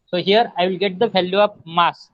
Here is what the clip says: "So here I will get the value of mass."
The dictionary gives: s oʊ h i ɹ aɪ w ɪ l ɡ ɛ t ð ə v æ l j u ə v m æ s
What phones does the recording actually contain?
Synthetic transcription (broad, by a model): s oʊ h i ɹ aɪ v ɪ l ɡ ɛ t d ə f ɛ l j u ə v m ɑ s